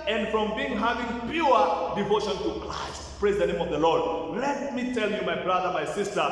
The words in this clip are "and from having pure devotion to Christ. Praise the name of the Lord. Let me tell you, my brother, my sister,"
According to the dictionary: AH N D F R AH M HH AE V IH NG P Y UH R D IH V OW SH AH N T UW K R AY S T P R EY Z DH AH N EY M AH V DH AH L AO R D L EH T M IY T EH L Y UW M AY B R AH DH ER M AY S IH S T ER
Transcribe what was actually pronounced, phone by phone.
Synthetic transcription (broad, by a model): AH N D F R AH M HH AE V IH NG P Y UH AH D IH V OW SH AH N T UW K R AY S T P R EY Z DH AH N EY M AH V DH AH L AO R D L EH T M IY T EH L Y UW M AY B R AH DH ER M AY S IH S T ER